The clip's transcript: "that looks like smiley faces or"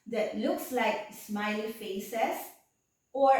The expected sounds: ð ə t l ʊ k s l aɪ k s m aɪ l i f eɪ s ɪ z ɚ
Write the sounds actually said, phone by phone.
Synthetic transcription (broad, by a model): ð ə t l ʊ k s l aɪ k s m aɪ l f eɪ s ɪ s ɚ